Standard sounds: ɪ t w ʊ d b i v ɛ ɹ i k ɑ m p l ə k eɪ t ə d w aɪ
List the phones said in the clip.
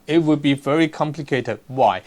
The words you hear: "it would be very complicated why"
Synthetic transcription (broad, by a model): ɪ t w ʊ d b i v ɛ ɹ i k ɑ m p l ə k eɪ t ə d w aɪ